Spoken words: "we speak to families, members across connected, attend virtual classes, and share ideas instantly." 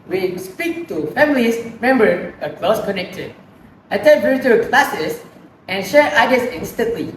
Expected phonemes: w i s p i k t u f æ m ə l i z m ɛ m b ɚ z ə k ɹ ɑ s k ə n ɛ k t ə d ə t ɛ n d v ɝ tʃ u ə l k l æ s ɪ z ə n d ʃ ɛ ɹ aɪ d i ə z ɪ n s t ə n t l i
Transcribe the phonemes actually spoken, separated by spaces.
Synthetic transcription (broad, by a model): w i s p i k t u f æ m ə l i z m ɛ m b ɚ ə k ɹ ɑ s k ə n ɛ k t ə d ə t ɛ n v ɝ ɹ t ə k l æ s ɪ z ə n ʃ ɛ ɹ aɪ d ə s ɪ n s t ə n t l i